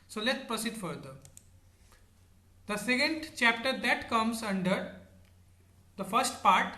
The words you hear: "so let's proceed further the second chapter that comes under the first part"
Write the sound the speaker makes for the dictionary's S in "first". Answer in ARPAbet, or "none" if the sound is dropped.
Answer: S